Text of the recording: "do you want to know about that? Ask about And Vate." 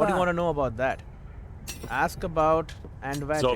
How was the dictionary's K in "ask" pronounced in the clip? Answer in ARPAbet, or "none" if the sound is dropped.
K